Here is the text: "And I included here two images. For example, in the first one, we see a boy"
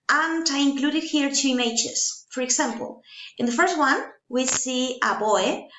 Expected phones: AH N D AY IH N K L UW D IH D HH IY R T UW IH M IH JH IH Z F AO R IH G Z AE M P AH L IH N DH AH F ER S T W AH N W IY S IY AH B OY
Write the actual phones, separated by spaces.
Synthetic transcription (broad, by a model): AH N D AY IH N K L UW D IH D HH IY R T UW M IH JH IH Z F AO R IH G S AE M P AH L IH N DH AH F ER S T W AH N W IY S IY AH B OY